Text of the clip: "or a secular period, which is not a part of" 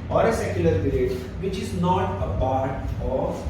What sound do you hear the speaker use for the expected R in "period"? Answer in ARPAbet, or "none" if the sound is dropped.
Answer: L